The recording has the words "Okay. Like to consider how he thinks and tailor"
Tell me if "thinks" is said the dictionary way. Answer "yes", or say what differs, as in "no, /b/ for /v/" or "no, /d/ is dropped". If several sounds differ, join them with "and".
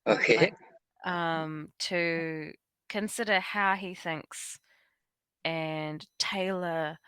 yes